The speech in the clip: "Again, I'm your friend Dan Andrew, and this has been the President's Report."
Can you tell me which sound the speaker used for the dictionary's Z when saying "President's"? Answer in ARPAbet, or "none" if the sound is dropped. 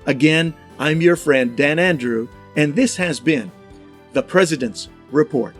Z